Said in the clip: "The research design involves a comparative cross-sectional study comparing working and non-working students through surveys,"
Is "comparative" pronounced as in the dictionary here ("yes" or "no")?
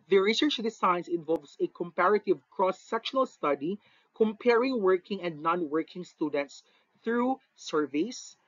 yes